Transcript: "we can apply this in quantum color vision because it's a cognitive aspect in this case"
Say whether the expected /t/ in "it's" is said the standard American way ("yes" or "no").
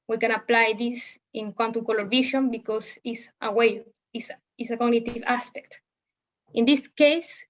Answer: no